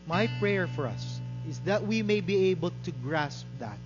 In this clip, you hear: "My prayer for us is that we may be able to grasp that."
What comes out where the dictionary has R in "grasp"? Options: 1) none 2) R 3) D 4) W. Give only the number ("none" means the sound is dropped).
2